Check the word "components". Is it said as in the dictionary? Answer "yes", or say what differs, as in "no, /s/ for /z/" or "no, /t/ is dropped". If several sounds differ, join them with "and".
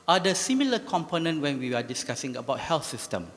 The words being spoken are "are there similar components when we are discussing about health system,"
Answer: no, /s/ is dropped